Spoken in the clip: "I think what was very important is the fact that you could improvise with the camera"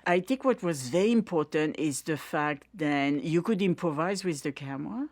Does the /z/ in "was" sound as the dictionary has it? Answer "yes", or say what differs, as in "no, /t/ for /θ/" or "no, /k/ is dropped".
yes